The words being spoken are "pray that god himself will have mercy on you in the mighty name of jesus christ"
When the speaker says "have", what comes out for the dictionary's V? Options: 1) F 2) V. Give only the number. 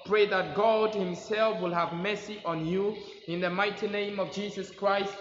2